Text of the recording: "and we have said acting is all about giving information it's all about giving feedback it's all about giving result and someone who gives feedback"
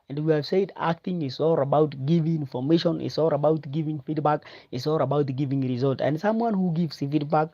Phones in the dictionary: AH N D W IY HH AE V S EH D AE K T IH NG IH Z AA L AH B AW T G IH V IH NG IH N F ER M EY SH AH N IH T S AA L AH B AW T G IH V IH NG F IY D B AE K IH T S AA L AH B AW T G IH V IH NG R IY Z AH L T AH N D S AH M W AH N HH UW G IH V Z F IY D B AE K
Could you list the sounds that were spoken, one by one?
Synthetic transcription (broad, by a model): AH N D W IY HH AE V S EH D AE K T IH NG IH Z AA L AH B AW T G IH V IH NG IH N F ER M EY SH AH N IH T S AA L AH B AW T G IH V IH NG F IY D B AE K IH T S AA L AH B AW T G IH V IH NG R IY Z AH L T AH N D S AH M W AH N HH UW G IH V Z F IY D B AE K